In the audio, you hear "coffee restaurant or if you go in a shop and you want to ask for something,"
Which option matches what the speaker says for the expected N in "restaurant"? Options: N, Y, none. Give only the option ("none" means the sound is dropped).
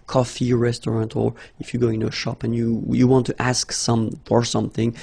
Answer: N